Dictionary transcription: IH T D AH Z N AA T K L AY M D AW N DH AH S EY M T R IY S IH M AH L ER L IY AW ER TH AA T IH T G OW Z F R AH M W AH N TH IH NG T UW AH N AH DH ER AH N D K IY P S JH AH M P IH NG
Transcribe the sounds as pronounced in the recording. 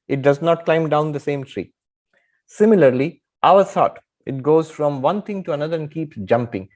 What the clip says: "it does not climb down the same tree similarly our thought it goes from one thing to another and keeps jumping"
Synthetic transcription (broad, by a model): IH T D AH Z N AA T K L AY M D AW N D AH S EY M T R IY S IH M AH L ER L IY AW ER S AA T IH T G OW Z F R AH M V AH N T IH NG T UW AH N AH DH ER AH N D K IY P S JH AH M P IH NG